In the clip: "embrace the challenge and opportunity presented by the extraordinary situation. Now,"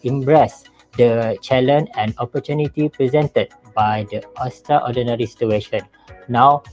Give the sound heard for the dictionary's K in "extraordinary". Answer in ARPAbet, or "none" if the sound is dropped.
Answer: none